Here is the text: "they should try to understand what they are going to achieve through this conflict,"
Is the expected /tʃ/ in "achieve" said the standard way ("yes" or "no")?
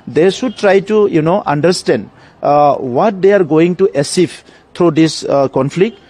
no